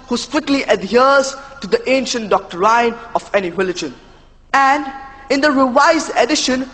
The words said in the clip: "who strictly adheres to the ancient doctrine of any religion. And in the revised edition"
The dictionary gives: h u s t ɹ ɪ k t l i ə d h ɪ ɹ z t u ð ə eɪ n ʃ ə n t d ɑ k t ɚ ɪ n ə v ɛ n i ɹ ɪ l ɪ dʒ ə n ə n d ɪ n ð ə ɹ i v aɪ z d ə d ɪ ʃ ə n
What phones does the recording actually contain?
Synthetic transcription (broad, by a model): h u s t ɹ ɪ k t l i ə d h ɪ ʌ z t u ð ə eɪ n ʃ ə n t d ɑ k t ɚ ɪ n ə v ɛ n i ɹ ɪ l ɪ dʒ ə n ə n d ɪ n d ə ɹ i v aɪ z ə d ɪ ʃ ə n